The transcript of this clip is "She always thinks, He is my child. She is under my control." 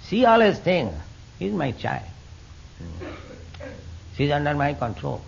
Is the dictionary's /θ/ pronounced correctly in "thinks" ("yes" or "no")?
no